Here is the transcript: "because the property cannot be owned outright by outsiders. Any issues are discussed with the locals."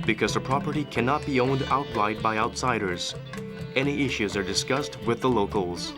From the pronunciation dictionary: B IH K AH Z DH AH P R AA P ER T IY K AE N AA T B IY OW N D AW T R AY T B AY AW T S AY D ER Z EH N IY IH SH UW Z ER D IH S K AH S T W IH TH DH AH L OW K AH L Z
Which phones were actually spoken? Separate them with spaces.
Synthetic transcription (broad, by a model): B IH K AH Z DH AH P R AA P ER T IY K AE N AA T B IY OW N D AW T L AY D B AY AW T S AY D ER Z EH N IY IH SH UW Z ER D IH S K AH S T W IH DH AH L OW K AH L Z